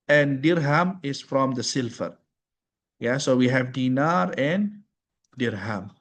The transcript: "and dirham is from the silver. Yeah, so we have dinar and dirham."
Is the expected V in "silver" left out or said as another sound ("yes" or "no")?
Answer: yes